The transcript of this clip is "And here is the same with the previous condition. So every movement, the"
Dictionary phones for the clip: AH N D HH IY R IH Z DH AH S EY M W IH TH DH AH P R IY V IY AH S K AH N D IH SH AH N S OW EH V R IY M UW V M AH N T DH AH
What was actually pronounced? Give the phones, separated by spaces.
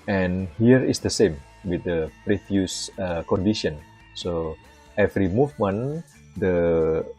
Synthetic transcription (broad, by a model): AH N HH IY R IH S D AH S EY M W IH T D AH P R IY F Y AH S K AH N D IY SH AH N S OW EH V R IY M UW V M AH N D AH